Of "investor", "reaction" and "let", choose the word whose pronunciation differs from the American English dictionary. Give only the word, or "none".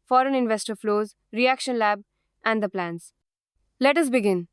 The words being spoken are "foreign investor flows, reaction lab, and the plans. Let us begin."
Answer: none